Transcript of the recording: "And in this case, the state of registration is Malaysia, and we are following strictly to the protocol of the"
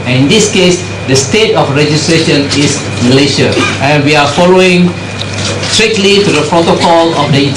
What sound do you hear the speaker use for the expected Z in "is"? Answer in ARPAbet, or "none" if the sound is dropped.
S